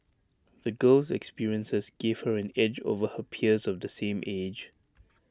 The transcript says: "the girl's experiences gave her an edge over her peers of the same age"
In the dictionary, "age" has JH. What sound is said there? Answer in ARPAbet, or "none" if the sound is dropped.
JH